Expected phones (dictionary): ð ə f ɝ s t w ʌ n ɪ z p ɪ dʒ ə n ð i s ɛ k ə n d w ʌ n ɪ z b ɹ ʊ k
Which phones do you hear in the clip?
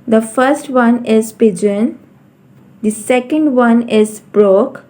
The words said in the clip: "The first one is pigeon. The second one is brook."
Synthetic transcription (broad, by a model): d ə f ɝ s t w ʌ n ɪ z p ɪ dʒ ə n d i s ɛ k ə n d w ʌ n ɪ z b ɹ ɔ k